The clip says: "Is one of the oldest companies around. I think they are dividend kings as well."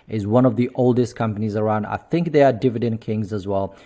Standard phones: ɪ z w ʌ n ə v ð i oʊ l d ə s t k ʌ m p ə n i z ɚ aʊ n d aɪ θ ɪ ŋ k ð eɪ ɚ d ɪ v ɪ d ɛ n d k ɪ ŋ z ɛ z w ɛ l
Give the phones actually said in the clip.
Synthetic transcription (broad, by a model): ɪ z w ʌ n ə v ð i oʊ l d ə s t k ʌ m p ə n i z ɚ aʊ n d aɪ θ ɪ ŋ k ð eɪ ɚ d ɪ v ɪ d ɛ n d k ɪ ŋ z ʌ z w ɛ l